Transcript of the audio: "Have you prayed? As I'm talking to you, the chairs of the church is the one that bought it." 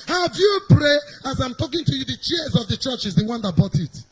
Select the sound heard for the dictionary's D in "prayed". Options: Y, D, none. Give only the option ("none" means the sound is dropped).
none